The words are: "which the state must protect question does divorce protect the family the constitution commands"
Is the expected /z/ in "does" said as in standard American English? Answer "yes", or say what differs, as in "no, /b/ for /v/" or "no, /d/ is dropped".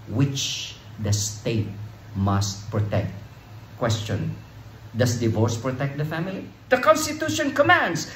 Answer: no, /s/ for /z/